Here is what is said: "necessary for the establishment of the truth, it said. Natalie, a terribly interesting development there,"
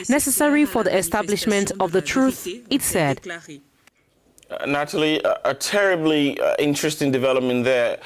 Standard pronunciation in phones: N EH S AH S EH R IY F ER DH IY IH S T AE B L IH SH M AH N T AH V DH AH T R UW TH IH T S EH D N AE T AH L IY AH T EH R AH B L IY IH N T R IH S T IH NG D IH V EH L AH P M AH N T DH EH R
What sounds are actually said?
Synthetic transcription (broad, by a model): N EH S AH S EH R IY F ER DH IY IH S T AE B L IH SH M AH N T AH V DH AH T R UW TH IH T S EH D N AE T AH L IY AH T EH R AH B L IY IH N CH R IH S T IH NG D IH V EH L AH P M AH N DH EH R